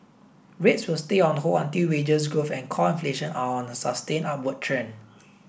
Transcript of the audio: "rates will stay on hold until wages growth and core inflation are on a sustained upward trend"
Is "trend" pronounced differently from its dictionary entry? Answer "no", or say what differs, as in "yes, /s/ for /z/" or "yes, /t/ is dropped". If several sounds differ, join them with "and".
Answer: yes, /d/ is dropped